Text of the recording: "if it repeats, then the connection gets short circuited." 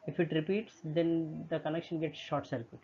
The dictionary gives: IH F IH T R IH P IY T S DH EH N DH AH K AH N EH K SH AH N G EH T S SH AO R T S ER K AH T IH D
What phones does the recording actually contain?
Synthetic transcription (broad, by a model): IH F IH T R IH P IY T S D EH N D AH K AH N EH K SH AH N G EH T S SH AO R T S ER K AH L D